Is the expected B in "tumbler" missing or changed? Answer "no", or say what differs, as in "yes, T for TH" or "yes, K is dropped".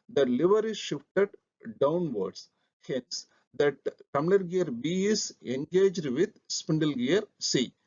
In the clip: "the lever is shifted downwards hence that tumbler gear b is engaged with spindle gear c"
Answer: yes, B is dropped